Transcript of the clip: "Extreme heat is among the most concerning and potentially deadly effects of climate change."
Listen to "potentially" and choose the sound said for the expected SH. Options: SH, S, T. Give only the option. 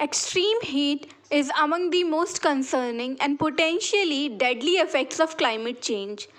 SH